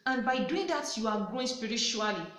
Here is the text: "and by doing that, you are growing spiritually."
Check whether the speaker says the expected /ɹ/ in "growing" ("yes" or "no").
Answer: no